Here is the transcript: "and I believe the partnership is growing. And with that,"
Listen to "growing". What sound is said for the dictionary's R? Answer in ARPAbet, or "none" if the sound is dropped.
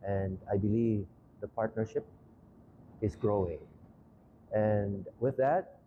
R